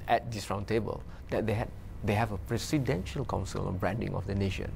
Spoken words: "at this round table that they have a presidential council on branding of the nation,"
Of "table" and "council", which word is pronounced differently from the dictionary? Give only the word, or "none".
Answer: none